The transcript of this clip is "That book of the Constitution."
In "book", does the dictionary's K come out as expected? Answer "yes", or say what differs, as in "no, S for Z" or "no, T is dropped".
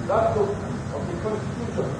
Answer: no, K is dropped